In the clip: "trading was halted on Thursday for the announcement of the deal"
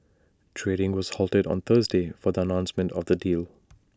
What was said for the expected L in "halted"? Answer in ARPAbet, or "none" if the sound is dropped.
L